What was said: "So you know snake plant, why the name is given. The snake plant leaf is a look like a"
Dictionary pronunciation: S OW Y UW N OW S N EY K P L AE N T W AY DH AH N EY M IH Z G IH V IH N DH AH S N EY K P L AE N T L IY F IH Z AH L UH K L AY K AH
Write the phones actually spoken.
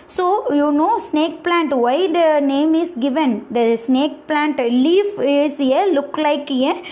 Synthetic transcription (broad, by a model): S OW Y UW N OW S N EY K P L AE N T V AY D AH N EY M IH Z G IH V IH N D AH S N EY K P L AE N T L IY F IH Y AH L UH K L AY K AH